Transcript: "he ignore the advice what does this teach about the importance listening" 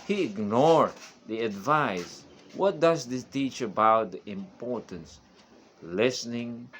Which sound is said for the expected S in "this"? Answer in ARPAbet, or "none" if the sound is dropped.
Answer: none